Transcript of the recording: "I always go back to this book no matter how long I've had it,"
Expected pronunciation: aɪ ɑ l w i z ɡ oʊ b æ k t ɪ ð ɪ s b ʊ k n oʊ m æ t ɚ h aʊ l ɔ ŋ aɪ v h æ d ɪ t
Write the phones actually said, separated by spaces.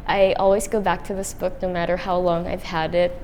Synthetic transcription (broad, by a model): aɪ ɑ l w i z ɡ oʊ b æ k t ɪ ð ɪ s b ʊ k n oʊ m æ t ɚ h aʊ l ɔ ŋ aɪ v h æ d ɪ t